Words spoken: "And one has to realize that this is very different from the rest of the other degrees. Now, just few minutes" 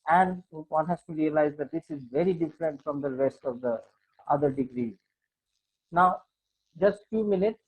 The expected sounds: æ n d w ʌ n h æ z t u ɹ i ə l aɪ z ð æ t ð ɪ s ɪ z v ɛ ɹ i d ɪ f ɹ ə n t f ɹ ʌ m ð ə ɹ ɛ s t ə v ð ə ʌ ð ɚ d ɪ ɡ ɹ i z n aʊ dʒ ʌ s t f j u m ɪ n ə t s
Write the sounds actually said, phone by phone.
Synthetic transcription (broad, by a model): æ n d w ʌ n h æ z t u ɹ i ə l aɪ z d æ t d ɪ s ɪ z v ɛ ɹ i d ɪ f ɹ ə n t f ɹ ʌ m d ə ɹ ɛ s t ə v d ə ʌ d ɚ d ɪ ɡ ɹ i z n aʊ dʒ ʌ s t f j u m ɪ n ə t s